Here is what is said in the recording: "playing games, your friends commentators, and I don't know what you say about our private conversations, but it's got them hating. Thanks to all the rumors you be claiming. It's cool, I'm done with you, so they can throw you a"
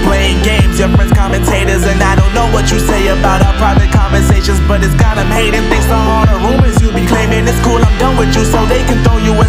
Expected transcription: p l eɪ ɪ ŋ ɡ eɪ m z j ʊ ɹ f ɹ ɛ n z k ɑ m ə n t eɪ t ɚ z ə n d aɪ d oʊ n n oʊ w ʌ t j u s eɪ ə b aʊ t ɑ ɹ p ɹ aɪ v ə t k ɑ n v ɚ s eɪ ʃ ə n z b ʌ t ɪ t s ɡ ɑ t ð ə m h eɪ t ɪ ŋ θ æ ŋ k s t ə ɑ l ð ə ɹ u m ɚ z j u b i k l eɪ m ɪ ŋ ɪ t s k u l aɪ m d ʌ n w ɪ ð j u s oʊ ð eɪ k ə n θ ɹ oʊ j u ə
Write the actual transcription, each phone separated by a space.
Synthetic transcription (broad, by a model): p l eɪ ɪ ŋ ɡ eɪ m z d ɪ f ɹ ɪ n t k ɑ m ə n t eɪ t ɚ z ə n aɪ d oʊ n n oʊ w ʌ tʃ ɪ s eɪ ə b aʊ t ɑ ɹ p ɹ aɪ v ə t k ɑ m v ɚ s eɪ ʃ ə n z b ʌ t ɪ t s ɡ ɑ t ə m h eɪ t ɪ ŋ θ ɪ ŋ s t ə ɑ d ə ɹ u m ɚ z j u b i k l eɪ m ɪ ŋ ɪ s k u l aɪ m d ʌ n w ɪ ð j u s oʊ ð eɪ k ə n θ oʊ j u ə